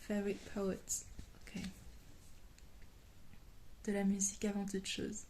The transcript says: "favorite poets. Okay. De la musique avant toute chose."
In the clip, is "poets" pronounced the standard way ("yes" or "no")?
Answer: no